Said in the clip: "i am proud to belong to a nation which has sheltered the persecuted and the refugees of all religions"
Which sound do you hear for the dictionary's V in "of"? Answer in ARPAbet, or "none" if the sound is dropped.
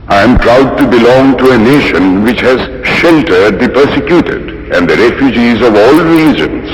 V